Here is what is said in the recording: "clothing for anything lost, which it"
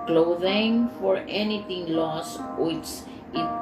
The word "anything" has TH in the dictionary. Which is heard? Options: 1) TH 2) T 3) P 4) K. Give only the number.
2